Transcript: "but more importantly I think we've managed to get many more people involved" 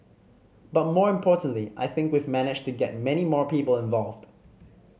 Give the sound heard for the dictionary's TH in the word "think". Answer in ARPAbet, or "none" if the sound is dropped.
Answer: TH